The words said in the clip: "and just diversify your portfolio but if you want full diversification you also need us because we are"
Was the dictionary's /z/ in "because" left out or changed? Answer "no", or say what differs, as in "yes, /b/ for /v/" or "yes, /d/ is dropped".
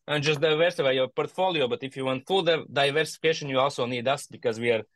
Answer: no